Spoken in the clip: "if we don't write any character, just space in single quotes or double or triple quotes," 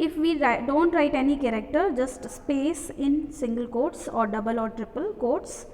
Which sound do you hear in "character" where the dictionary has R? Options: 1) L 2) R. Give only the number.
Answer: 2